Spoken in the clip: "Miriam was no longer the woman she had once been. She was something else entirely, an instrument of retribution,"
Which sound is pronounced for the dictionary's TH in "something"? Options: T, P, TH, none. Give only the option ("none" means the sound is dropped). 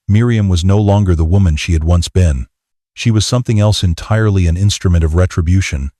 TH